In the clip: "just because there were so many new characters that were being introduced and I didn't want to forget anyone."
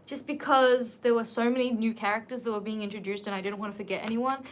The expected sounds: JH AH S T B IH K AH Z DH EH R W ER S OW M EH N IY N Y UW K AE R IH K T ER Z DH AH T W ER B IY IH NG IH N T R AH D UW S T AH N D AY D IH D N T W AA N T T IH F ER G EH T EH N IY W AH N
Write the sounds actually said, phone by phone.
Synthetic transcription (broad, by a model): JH AH S B IH K AH Z DH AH R W ER S OW M EH N IY N Y UW K AE R IH K T ER Z DH AH T W ER B IY IH NG IH N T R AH D UW S T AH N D AY D IH D N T W AA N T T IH F ER G EH T EH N IY W AH N